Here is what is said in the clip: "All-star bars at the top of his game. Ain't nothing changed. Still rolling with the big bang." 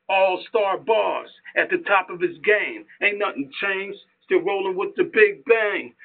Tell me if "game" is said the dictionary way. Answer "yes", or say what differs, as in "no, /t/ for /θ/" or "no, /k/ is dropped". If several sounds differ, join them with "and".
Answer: yes